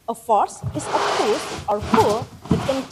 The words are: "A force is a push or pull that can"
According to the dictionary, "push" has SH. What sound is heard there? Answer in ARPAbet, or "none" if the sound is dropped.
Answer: S